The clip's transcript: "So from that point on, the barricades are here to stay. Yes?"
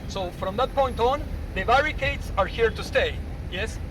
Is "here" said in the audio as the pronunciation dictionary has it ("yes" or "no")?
yes